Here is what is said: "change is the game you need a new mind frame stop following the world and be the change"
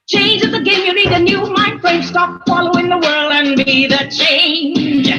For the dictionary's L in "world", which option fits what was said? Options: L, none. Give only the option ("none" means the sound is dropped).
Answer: L